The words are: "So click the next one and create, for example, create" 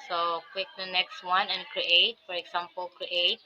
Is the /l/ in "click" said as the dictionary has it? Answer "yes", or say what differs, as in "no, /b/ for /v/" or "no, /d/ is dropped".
no, /w/ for /l/